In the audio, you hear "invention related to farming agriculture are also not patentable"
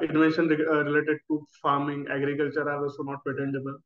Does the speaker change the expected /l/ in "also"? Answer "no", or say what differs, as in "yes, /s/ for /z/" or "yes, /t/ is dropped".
yes, /l/ is dropped